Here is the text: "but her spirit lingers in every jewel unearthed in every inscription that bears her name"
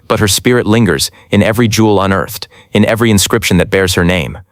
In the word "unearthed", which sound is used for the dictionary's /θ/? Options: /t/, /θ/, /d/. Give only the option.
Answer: /θ/